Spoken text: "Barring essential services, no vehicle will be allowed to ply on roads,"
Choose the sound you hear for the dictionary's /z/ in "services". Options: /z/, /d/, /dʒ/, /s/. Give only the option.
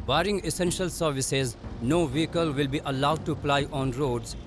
/z/